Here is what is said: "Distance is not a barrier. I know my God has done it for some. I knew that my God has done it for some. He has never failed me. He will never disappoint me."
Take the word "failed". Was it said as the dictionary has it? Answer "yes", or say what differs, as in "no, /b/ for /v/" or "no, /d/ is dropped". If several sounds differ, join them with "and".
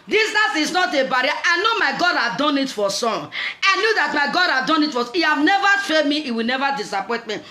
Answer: no, /l/ is dropped